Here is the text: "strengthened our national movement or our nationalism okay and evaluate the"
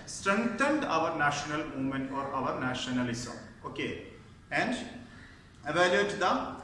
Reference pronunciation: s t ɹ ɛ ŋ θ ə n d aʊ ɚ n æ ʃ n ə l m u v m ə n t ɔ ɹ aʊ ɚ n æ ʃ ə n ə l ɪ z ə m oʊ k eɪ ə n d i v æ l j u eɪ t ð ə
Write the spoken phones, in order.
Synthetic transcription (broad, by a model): s t ɹ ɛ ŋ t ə n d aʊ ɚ n æ ʃ n ə l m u m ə n ɔ ɹ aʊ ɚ n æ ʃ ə n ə l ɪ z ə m oʊ k eɪ ə n d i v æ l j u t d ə